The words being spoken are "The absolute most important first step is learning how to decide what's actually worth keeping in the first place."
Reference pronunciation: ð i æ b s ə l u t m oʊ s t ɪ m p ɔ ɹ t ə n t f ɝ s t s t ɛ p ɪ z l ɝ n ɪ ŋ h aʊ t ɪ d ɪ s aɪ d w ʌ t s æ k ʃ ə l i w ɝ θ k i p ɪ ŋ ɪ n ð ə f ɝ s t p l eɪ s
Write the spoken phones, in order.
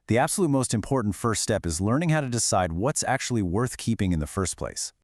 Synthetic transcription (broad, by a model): ð i æ b s ə l u t m oʊ s t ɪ m p ɔ ɹ t n t f ɝ s t s t ɛ p ɪ z l ɝ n ɪ ŋ h aʊ t ɪ d ɪ s aɪ d w ʌ t s æ k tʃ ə l i w ɝ θ k i p ɪ ŋ ɪ n ð ə f ɝ s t p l eɪ s